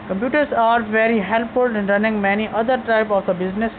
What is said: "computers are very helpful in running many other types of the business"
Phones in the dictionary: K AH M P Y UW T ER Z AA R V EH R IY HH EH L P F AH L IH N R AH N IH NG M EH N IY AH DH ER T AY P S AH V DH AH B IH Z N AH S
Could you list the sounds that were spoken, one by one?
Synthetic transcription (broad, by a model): K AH M P Y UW T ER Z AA R V EH R IY HH EH L P F AH L IH N R AH N IH NG M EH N IY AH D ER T AY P AH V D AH B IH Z N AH S